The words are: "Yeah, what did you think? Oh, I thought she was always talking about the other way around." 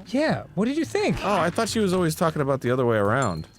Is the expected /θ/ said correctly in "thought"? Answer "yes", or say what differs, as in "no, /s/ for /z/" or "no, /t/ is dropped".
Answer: yes